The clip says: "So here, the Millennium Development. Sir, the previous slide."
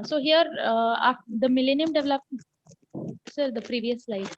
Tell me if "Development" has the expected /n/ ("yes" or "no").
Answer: no